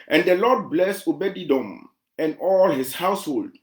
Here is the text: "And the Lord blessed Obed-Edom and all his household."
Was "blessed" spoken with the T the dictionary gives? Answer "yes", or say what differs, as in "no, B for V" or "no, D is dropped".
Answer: no, T is dropped